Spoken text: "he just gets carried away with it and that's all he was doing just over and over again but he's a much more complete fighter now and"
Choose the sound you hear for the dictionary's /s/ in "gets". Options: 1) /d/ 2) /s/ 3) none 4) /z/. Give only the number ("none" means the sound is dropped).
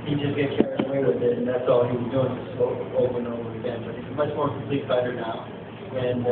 3